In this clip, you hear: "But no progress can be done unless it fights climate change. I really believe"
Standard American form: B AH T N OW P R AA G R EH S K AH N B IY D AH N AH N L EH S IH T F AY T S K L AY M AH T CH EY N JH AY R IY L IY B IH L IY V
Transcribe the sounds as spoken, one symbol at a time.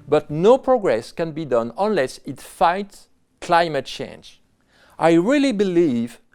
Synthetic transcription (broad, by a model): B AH T N OW P R AA G R EH S K AH N B IY D AH N AH N L EH S IH T F AY T S K L AY M AH T CH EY N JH AY R IY L IY B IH L IY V